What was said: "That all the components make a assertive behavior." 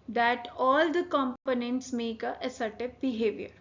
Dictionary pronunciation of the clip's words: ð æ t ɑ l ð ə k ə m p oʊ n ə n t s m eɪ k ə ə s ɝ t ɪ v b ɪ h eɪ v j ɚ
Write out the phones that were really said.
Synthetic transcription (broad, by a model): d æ t ɑ l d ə k ə m p oʊ n ə n t s m eɪ k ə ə s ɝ t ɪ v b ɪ h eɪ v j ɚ